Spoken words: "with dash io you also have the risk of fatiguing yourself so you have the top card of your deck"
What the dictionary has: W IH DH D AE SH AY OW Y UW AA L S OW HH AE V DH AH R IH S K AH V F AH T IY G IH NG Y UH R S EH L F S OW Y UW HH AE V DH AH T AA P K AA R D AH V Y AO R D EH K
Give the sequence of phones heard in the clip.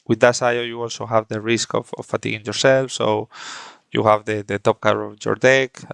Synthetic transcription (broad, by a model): W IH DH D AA S AY OW Y UW AA L S OW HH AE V DH AH R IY S K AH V F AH T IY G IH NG Y UH R S EH L F S OW Y UW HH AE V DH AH T AA P K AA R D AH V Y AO R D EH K